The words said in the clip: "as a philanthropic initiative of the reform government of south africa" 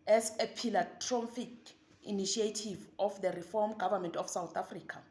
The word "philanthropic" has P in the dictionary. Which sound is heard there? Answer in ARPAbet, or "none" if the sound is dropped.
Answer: F